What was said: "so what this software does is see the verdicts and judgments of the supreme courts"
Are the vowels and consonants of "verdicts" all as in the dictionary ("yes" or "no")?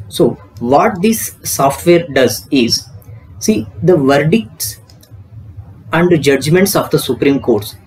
yes